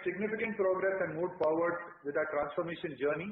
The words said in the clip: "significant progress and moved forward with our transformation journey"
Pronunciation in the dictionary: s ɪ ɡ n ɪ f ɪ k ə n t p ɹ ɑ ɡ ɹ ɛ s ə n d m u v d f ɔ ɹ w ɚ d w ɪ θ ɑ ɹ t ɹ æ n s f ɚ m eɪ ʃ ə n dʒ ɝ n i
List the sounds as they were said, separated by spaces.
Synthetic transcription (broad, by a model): s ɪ ɡ n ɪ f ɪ k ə n t p ɹ ɑ ɡ ɹ ɛ s ə n d m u d p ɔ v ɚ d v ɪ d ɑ t ɹ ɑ n s f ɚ m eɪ ʃ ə n dʒ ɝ n i